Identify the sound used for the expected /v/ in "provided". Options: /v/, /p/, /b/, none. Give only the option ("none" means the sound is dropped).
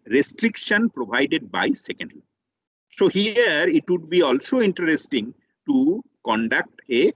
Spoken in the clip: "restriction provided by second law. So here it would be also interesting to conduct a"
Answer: /b/